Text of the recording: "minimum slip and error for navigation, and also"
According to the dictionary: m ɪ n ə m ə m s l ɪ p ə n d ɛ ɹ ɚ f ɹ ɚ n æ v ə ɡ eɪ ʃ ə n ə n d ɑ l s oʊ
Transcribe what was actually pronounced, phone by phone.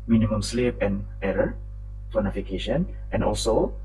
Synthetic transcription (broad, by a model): m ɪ n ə m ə m s l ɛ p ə n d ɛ ɹ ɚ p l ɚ n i f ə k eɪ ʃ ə n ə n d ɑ l s oʊ